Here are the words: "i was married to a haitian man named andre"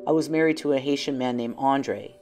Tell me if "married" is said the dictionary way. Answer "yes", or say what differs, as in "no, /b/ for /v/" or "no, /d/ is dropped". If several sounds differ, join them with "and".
yes